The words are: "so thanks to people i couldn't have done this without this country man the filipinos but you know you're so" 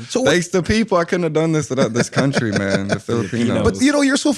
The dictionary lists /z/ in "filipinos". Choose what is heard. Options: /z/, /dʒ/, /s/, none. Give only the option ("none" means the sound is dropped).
none